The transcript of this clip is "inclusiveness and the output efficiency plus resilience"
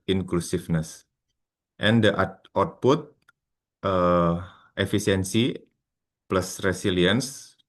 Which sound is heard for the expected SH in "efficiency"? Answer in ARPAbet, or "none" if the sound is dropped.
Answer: S